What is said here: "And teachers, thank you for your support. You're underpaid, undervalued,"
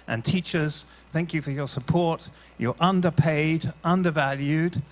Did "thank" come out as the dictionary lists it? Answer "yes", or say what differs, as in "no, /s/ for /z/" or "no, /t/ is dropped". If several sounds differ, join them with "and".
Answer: yes